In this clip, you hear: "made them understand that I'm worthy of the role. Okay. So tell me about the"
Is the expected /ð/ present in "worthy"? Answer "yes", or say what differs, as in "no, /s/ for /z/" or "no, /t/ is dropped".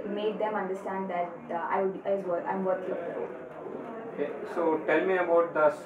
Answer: no, /ð/ is dropped